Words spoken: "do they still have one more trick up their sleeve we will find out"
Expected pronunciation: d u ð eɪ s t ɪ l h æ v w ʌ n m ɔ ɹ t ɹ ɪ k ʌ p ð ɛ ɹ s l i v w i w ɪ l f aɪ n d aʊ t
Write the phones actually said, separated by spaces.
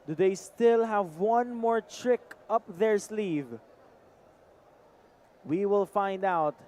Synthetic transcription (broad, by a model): d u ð eɪ s t ɪ l h æ v w ʌ n m ɔ ɹ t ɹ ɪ k ʌ p ð ɛ ɹ s l i v w i w ɪ l f aɪ n d aʊ t